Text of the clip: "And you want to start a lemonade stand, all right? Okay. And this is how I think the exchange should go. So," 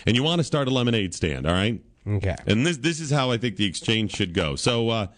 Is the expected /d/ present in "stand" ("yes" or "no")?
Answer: yes